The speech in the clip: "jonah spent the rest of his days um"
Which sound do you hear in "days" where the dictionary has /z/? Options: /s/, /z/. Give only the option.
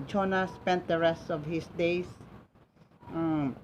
/s/